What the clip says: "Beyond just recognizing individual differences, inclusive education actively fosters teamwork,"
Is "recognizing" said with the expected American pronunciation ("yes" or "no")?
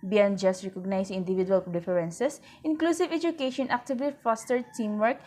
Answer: no